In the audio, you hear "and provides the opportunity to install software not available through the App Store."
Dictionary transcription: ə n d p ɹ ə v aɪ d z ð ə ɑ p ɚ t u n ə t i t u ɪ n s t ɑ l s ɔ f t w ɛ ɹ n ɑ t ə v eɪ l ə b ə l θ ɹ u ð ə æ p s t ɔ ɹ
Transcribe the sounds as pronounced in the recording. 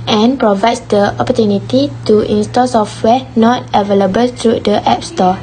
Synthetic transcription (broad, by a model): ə n p ɹ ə v aɪ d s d ə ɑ p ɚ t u n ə t i t u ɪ n s t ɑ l s ɔ f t w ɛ n ɑ t ə v eɪ l ə b ə l t ɹ u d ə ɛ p s t ɔ